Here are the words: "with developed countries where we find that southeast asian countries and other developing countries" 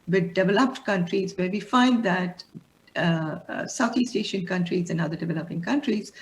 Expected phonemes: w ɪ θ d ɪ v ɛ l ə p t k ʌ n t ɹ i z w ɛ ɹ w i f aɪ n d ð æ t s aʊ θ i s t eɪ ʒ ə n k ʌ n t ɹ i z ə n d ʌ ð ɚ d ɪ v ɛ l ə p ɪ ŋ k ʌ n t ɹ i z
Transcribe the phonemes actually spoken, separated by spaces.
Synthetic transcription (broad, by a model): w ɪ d d ɪ v ɛ l ə p t k ʌ n t ɹ i z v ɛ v i f aɪ n d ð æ t s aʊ t i s t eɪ ʃ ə n k ʌ n t ɹ i z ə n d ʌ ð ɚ d ɪ v ɛ l ə p ɪ ŋ k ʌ n t ɹ i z